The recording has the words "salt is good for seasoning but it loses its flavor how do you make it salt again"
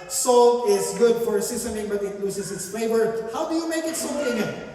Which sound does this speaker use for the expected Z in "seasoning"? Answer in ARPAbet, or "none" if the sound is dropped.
S